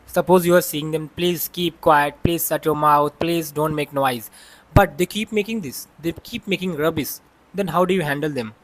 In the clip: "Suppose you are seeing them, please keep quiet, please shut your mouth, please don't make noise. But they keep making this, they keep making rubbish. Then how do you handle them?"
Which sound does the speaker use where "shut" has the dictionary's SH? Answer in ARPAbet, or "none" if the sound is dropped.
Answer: S